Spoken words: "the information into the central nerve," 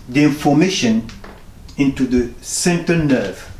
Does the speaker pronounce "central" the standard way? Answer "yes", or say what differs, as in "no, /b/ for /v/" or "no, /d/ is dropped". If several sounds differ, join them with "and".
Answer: no, /ɹ/ is dropped